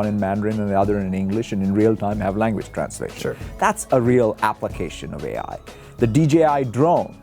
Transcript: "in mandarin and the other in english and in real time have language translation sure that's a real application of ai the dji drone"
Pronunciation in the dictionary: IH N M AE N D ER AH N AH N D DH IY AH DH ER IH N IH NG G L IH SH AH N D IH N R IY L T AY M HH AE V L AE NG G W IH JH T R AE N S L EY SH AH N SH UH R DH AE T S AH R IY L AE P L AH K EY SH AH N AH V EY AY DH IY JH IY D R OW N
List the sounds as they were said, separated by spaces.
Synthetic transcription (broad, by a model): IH N M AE N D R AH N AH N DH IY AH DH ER IH N IH NG G L IH SH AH N IH N R IY L T AY M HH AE V L AE NG G W IH JH T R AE N S L EY AH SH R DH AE T S AH R IY L AE P L AH K EY SH AH N AH V EY AY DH IY JH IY D R OW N